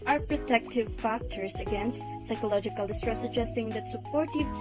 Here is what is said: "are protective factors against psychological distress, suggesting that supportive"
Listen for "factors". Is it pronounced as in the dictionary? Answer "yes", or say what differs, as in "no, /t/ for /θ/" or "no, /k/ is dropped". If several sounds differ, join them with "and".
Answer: no, /s/ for /z/